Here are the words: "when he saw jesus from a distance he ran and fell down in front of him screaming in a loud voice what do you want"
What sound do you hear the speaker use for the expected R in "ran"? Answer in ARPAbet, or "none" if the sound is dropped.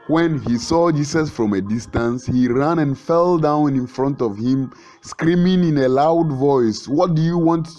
R